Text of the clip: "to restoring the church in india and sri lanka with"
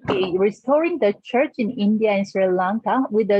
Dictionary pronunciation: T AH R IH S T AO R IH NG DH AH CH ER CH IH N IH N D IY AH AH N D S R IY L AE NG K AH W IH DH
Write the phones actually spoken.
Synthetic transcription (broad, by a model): R IH S T AO R IH NG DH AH CH ER CH IH N IH N D IY AH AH N S R IY L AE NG K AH W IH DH